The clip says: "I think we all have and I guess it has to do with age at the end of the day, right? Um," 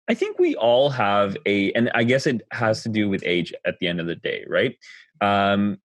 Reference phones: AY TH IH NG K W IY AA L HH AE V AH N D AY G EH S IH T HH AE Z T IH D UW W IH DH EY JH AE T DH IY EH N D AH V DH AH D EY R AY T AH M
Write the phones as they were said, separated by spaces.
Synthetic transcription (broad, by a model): AY TH IH NG K W IY AA L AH V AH N AY G EH S IH T HH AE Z T IH D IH W IH DH EY JH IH T DH IY EH N D AH V DH AH D EY R AY T AH M